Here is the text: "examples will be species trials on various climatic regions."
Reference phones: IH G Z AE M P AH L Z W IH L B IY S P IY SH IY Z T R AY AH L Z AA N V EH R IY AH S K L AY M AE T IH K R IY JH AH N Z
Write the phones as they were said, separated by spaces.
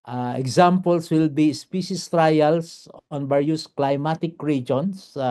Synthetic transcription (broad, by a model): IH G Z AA M P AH L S W IH L B IY S P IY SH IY S T R AY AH L S AA N B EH R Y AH S K L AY M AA T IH K R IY JH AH N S